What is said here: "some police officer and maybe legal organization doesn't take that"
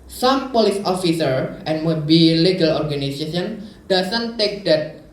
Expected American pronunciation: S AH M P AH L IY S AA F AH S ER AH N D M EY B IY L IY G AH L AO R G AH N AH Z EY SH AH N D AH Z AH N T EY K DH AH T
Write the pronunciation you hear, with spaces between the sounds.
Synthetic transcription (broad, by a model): S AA M P AH L IY S AA F AH S ER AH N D M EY B IY L IY G AH L AO R G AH N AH S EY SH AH N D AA S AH N T EY K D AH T